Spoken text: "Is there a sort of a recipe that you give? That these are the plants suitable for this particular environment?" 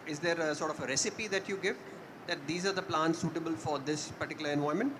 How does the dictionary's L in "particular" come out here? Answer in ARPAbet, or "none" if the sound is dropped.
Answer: L